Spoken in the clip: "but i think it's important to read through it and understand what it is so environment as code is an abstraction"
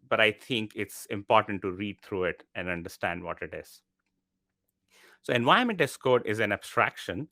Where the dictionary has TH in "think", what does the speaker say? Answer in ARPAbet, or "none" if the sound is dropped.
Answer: T